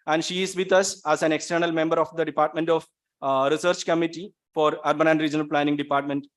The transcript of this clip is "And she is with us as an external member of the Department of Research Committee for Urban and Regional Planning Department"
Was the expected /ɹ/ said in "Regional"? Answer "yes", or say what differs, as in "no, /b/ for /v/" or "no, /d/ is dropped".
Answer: yes